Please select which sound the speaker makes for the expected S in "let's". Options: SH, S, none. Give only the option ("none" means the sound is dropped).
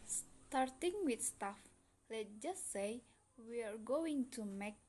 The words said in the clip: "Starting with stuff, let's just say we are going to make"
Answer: none